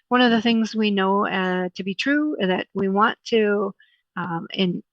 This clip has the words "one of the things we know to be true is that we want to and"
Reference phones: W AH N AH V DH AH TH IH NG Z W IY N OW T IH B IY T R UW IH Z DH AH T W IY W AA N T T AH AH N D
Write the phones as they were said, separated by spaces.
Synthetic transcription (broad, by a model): W AH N AH V DH AH TH IH NG Z W IY N OW T IH B IY T R UW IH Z DH AH T W IY W AA N T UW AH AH N